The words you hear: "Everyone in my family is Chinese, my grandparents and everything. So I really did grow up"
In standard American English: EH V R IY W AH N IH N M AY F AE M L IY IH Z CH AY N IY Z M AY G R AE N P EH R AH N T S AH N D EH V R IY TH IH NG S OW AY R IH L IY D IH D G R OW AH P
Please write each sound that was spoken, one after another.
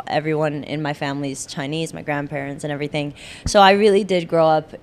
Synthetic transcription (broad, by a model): EH V R IY W AH N IH N M AY F AE M L IY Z CH AY N IY Z M AY G R AE N P EH R AH N T S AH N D EH V R IY TH IH NG S OW AY R IH L IY D IH D G R OW AH P